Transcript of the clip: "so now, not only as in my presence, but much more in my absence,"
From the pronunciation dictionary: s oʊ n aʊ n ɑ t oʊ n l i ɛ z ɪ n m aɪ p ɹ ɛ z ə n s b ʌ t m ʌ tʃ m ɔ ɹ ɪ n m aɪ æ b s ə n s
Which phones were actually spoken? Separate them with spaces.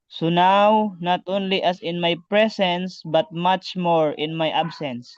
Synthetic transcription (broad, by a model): s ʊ n aʊ n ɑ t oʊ n l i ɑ s ɪ n m aɪ p ɹ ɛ s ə n s b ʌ t m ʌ tʃ m ɔ ɹ ɪ n m aɪ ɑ b s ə n s